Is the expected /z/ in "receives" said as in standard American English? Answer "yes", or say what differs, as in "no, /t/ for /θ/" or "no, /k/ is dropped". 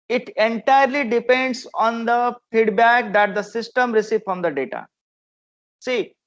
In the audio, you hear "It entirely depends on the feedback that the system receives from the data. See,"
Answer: no, /z/ is dropped